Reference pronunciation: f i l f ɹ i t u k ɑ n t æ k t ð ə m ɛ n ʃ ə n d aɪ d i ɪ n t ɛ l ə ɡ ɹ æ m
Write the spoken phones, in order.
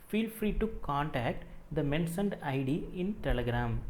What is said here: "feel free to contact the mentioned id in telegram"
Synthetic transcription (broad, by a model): f i l f ɹ i t u k ɑ n t æ k t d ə m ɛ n s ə n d aɪ d i ɪ n t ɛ l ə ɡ ɹ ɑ m